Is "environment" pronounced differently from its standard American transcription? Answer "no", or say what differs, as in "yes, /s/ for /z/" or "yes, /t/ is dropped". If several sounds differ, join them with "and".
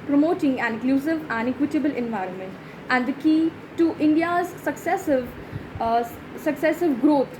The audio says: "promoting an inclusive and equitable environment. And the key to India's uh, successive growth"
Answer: no